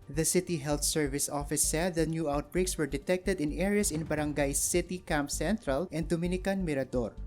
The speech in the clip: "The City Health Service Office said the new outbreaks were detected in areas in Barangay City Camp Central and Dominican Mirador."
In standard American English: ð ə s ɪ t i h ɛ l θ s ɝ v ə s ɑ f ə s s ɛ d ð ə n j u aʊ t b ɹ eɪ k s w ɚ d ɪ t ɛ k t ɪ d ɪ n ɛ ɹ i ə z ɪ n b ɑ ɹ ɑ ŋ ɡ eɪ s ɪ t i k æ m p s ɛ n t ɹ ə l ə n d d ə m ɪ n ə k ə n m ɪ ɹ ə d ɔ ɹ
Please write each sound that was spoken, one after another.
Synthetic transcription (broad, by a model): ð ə s ɪ t i h ɛ l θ s ɝ v ə s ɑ f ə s s ɛ d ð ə n j u aʊ t b ɹ eɪ k s w ɚ d ɪ t ɛ k t ɪ d ɪ n ɛ ɹ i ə s ɪ n b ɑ ɹ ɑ ŋ ɡ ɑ s ɪ t i k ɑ m p s ɛ n t ɹ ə l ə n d d ə m ɪ n ə k ə n m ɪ ɹ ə d ɔ ɹ